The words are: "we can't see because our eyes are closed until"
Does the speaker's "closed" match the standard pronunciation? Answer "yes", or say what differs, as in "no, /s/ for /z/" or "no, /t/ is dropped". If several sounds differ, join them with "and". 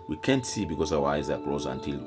no, /d/ is dropped